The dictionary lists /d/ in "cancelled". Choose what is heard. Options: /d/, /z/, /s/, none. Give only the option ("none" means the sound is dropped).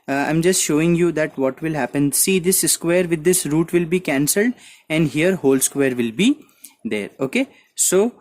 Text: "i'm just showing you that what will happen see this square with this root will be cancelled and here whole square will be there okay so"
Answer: /d/